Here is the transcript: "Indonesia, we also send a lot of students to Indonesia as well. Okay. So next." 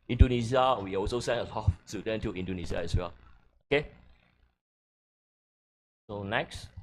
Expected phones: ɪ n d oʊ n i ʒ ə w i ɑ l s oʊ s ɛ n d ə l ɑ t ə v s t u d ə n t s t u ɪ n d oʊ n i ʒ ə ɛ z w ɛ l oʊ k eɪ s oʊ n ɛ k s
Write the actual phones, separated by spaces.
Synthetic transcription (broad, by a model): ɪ n d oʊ n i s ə w i ɑ l s oʊ s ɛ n ə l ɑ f s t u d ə n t t u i n d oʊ n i s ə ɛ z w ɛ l oʊ k eɪ s oʊ n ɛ k s